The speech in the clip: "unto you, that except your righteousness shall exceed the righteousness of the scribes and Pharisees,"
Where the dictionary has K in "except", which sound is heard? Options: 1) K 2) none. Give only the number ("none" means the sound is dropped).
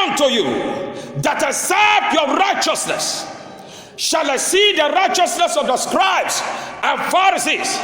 2